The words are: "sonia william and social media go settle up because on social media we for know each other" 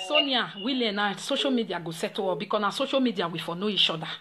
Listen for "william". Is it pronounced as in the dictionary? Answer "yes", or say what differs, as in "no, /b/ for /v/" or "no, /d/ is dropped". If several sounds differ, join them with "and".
no, /m/ is dropped